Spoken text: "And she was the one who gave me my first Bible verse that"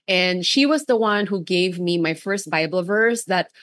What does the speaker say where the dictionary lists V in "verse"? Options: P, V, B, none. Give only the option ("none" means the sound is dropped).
V